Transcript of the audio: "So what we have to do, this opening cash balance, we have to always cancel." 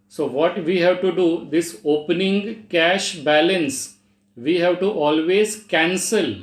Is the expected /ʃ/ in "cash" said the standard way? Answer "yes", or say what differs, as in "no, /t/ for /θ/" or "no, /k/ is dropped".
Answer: yes